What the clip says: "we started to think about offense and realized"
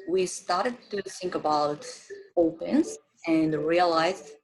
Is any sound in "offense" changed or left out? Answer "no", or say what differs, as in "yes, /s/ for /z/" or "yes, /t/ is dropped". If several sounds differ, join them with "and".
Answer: yes, /p/ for /f/